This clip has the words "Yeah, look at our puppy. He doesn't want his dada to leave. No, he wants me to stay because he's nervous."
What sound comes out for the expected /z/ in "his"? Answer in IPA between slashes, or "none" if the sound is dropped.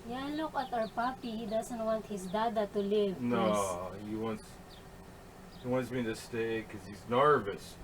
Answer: /s/